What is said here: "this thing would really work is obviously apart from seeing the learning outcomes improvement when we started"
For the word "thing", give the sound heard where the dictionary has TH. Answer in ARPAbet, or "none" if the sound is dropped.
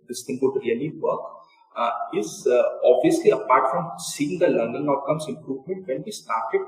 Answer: T